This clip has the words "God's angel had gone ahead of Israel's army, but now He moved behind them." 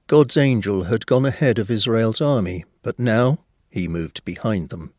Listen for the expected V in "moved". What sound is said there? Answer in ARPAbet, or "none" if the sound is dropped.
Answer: V